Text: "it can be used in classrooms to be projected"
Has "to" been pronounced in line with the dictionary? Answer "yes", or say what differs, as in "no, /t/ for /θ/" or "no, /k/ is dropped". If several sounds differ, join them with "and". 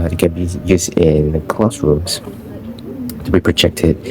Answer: yes